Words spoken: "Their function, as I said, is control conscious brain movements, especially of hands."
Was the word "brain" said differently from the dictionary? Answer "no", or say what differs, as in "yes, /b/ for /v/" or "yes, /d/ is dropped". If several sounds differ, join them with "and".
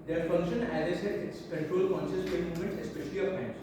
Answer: yes, /ɹ/ is dropped